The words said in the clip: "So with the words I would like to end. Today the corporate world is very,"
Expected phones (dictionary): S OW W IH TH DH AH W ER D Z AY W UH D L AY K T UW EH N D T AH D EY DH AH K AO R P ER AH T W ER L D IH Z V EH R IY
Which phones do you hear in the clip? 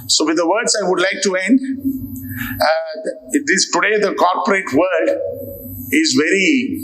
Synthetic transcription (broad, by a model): S OW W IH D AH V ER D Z AY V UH D L AY K T UW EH N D T AH D EY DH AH K AO R P ER AH T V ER D IH Z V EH R IY